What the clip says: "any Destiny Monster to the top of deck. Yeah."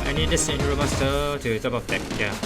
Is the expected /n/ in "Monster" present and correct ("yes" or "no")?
no